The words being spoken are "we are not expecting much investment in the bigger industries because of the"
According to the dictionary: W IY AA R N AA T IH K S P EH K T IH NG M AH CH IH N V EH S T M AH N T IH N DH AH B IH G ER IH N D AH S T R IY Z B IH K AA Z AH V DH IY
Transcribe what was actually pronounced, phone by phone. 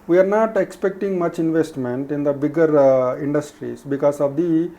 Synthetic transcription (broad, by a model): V IY AA R N AA T IH K S P EH K T IH NG M AH CH IH N V EH S T M AH N T IH N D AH B IH G ER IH N D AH S T R IY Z B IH K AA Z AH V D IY